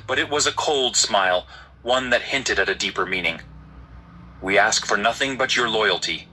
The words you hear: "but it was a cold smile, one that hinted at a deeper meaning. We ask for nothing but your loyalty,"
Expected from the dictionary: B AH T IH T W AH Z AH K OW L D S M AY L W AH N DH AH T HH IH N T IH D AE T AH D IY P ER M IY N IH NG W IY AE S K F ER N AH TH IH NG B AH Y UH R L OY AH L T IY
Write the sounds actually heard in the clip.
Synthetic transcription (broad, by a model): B AH T IH T W AH Z AH K OW L D S M AY L W AH N DH AH T HH IH N T IH D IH T AH D IY P ER M IY N IH NG W IY AE S K F ER N AH TH IH NG B AH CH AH R L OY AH L T IY